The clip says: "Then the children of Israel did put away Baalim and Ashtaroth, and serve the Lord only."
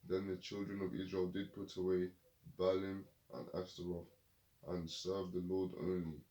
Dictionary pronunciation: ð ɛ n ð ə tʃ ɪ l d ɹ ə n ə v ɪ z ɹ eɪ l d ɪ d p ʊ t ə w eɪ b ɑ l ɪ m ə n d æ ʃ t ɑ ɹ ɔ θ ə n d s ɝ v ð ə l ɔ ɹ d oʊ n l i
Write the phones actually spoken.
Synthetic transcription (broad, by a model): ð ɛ n ð ə tʃ ɪ l d ɹ ə n ə v ɪ z ɹ eɪ l d ɪ d p ʊ t ə w eɪ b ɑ l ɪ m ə n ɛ s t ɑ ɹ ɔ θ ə n s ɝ v ð ə l ɔ d oʊ n l i